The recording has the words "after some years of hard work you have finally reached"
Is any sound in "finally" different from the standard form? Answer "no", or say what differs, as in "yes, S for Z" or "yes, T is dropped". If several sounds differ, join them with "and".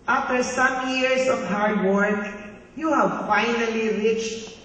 no